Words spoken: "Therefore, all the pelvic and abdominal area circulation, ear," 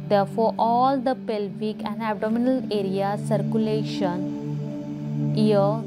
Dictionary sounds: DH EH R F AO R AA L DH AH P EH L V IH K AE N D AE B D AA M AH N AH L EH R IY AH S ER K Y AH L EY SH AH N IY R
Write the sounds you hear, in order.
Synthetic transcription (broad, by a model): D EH R F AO R AA L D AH P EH L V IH K AE N D AE B D AA M AH N AH L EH R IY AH S ER K Y AH L EY SH AH N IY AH